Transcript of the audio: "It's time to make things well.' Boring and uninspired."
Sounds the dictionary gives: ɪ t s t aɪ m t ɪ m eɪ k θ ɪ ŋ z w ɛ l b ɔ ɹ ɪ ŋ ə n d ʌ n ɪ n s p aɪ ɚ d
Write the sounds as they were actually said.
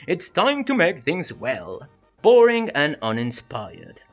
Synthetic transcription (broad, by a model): ɪ t s t aɪ m t ɪ m eɪ k θ ɪ ŋ z w ɛ l b ɔ ɹ ɪ ŋ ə n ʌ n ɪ n s p aɪ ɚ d